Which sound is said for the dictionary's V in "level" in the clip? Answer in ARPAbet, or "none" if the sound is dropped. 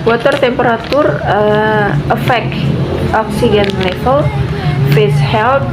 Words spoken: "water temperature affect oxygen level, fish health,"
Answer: F